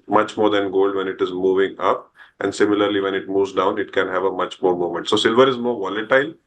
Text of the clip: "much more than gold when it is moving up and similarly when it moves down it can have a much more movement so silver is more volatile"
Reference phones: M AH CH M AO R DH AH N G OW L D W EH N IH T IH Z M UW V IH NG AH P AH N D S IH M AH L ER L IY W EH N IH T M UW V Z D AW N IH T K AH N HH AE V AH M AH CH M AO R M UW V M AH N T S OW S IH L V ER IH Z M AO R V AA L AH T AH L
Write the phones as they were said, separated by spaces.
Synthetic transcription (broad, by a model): M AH CH M AO R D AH N G OW L D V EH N IH T IH Z M UW V IH NG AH P AH N D S IH M AH L ER L IY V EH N IH T M UW V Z D AW N IH T K AH N HH AE V AH M AH CH M AO R M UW M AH N T S OW S IH L V ER IH Z M AO R V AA L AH T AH L